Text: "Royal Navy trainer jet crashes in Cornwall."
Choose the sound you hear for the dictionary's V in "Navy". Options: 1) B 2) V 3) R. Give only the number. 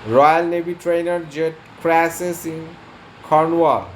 1